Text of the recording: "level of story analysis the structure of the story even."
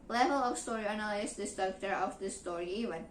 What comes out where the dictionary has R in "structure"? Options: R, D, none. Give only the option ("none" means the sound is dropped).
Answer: none